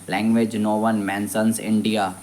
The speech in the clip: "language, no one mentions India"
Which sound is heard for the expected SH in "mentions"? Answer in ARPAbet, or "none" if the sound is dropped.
S